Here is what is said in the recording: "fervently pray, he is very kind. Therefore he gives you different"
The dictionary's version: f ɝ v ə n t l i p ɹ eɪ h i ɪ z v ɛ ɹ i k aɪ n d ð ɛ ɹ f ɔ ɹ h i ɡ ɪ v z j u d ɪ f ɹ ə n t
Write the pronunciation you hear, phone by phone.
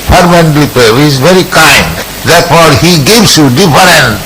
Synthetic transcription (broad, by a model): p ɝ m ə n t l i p eɪ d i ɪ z v ɛ ɹ i k aɪ n d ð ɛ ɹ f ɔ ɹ h i ɡ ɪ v s j u d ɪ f ɹ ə n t